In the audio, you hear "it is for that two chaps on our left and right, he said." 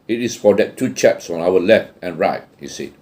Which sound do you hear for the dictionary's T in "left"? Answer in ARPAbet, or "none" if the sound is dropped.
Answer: T